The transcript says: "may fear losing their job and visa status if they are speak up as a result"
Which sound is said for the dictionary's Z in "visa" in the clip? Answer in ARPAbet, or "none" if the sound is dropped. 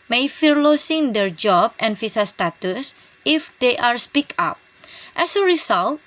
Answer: S